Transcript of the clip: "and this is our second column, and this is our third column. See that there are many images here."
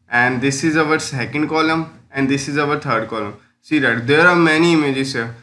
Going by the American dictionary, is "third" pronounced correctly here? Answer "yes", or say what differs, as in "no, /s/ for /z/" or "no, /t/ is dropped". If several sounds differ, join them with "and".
no, /t/ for /θ/